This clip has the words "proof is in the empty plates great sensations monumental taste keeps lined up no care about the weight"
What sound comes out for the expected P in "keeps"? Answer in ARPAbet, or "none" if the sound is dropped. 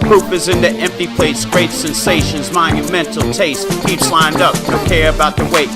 none